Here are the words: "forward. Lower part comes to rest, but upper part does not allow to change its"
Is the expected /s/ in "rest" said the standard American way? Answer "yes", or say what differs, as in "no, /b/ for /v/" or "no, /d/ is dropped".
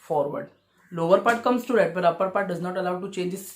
no, /s/ is dropped